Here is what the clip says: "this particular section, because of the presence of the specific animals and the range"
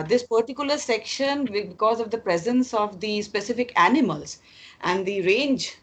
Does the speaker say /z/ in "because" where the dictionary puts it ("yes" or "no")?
yes